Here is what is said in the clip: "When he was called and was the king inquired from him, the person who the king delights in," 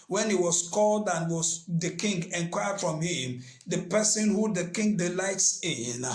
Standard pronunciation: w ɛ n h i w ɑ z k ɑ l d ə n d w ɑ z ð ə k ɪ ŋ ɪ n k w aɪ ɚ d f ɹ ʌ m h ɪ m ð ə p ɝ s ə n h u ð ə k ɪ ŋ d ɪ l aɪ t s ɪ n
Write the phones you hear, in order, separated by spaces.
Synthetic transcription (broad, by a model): w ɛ n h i w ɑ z k ɑ l d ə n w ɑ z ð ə k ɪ ŋ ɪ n k w aɪ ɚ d f ɹ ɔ m h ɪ m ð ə p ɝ s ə n h u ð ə k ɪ ŋ d ɪ l aɪ t s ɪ n